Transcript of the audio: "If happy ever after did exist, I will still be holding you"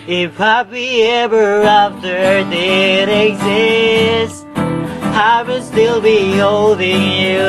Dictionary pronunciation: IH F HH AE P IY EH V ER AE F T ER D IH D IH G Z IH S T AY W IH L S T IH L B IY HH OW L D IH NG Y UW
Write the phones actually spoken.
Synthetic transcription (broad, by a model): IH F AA B IY EH V ER AE F T ER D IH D IH G Z IH S T AY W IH S T IH L B IY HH OW L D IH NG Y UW